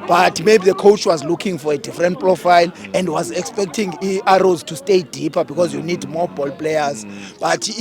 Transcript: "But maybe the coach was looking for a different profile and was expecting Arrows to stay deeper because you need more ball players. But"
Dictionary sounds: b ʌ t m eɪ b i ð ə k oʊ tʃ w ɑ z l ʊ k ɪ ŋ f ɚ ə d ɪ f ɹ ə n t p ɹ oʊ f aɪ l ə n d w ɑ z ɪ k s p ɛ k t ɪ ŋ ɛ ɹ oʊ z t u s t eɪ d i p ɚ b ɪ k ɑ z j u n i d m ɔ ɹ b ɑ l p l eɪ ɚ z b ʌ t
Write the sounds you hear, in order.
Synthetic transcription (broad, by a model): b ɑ t m eɪ b i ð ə k oʊ tʃ w ɑ z l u k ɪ ŋ f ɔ ə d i f ɹ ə n t p ɹ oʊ f aɪ l ə n d w ɑ z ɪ k s p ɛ k t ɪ ŋ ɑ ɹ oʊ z t u s t eɪ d i p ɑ b ɪ k ɑ z j u n i d m ɔ b ɑ l p l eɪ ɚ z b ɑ t